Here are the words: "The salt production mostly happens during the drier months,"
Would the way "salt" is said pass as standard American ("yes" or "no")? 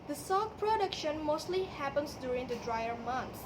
no